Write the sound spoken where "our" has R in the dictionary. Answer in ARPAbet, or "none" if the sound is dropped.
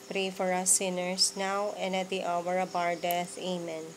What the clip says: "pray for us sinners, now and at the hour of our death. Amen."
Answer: R